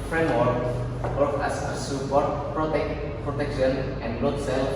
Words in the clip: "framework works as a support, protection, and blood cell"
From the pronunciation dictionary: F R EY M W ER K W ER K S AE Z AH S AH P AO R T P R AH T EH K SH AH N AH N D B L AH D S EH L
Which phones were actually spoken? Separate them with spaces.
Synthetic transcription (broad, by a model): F R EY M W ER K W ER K AE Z AH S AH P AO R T P R AH T EH K SH AH N AH N D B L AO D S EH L